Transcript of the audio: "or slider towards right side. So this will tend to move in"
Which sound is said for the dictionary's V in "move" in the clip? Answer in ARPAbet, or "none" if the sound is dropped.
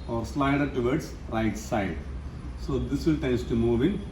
V